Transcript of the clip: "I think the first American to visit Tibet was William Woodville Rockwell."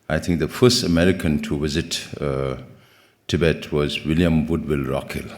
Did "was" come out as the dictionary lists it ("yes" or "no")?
yes